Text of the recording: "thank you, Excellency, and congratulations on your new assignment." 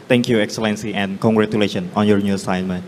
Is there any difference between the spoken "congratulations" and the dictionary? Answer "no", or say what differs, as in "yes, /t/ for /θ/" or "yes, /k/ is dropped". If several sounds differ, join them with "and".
yes, /z/ is dropped